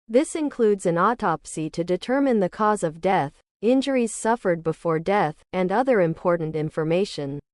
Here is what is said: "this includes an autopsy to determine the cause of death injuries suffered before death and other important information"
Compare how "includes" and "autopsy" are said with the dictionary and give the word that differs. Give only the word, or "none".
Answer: none